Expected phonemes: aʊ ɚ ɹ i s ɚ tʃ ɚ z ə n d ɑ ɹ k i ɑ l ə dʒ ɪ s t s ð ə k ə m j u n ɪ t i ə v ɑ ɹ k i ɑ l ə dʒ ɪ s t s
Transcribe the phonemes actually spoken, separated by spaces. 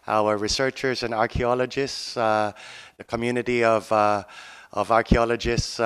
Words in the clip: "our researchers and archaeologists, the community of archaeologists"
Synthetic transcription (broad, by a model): aʊ ɚ ɹ i s ɚ tʃ ɚ z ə n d ɑ ɹ k i ɑ l ə dʒ ɪ s t s ð ə k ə m j u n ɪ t i ə v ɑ ɹ k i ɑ l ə dʒ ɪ s t s